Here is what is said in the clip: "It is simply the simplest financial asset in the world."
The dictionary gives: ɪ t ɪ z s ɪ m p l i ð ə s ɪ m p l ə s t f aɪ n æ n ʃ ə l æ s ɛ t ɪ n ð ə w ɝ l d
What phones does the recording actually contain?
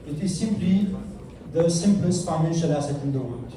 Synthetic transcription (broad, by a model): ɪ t ɪ z s ɪ m p l i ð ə s ɪ m p l ə s t f aɪ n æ n ʃ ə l æ s ɛ t ɪ n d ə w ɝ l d